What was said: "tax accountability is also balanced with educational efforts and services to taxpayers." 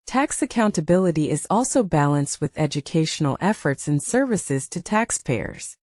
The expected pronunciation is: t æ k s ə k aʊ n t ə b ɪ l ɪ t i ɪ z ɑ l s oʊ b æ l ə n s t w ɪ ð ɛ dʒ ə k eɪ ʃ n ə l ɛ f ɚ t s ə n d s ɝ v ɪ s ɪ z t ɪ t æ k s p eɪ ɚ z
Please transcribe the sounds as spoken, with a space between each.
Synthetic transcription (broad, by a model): t æ k s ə k aʊ n t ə b ɪ l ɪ t i ɪ z ɑ l s oʊ b æ l ə n s t w ɪ ð ɛ dʒ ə k eɪ ʃ n l ɛ f ɚ t s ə n s ɝ v ɪ s ɪ z t ɪ t æ k s p eɪ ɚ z